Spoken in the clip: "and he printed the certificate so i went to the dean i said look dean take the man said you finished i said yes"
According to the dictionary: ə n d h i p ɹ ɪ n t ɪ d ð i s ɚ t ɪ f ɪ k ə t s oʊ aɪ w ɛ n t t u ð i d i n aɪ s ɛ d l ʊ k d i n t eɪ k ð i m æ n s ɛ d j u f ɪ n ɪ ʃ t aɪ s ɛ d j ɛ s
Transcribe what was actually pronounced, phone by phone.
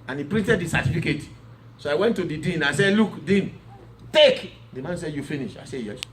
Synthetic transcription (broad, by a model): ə n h i p ɹ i n t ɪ d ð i s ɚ t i f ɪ k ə t s oʊ aɪ w ɛ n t t u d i d i n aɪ s ɛ d l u k d i n t eɪ k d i m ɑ n s ɛ d j u f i n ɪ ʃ aɪ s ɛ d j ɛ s